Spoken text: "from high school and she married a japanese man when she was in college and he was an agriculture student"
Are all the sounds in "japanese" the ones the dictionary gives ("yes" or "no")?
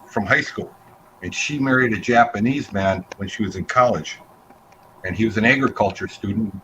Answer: yes